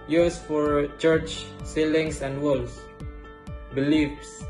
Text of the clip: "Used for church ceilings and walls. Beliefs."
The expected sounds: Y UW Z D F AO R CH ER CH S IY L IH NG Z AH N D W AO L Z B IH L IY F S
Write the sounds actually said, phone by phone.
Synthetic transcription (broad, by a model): Y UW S F AO R CH ER CH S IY L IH NG S AH N D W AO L S B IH L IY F S